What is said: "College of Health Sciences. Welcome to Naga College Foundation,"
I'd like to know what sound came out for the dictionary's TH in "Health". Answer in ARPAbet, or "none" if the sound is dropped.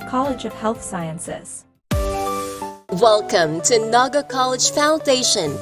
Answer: TH